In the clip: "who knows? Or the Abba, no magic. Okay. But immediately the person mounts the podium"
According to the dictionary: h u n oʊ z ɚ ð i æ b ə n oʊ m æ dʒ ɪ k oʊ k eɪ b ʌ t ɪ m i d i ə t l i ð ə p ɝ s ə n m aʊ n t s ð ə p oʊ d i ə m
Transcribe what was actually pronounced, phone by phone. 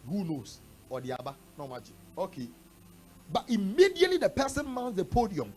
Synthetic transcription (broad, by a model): h u n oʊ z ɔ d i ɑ b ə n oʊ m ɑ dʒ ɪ oʊ k eɪ b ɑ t ɪ m i d i ə t l i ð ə p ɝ s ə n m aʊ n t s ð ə p oʊ d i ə m